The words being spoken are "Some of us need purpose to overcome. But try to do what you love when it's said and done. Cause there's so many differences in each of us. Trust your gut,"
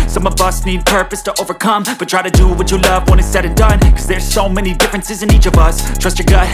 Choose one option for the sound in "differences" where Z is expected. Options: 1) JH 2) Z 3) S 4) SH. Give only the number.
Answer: 2